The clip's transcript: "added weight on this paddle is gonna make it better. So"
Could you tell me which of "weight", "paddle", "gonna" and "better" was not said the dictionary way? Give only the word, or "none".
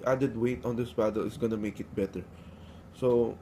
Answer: paddle